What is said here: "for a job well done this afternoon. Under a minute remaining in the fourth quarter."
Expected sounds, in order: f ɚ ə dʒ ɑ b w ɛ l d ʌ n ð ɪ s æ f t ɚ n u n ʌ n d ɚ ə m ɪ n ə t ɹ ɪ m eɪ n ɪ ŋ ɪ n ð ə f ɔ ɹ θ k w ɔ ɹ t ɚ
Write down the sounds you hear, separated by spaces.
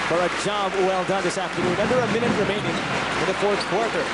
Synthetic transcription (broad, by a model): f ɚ ə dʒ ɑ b w ɛ l d ʌ n ð ɪ s æ f t ɚ n u n ʌ n d ɚ ə m ɪ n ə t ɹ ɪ m eɪ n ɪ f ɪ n ð ə f ɔ ɹ θ k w ɔ ɹ t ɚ